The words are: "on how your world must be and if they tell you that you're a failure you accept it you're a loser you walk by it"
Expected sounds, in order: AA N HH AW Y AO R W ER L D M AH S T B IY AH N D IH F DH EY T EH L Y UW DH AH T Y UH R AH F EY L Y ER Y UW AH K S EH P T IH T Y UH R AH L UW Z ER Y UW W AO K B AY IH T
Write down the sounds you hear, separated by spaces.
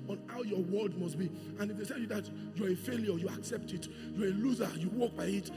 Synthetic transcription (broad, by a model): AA N HH AW Y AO W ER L D M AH S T B IY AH N IH F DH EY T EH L Y UW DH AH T Y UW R AH F EY L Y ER Y UW AH K S EH P T IH T Y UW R AH L UW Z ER Y UW W AO K B AY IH T